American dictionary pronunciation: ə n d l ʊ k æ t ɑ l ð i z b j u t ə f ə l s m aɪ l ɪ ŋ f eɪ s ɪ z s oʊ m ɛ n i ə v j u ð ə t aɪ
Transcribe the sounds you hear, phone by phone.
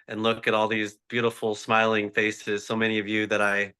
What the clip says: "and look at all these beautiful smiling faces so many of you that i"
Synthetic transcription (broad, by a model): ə n l ʊ k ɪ t ɑ l ð i z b j u t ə f l s m aɪ l ɪ ŋ f eɪ s ɪ z s oʊ m ɛ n i ə v j u ð ə t aɪ